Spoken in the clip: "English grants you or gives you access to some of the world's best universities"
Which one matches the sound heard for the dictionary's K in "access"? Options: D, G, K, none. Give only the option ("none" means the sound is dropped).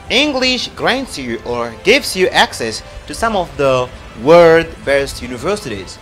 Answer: K